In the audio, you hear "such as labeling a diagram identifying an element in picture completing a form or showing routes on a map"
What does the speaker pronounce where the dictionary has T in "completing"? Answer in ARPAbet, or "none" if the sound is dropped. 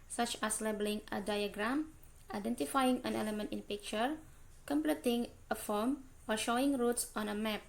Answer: T